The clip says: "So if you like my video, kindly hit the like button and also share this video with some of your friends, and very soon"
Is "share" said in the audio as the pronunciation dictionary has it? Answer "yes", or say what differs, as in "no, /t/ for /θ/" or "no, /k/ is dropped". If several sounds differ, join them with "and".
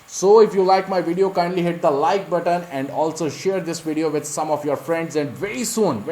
yes